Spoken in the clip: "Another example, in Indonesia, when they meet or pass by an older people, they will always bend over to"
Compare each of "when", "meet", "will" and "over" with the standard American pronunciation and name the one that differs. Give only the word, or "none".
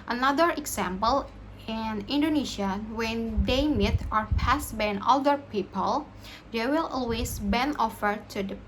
over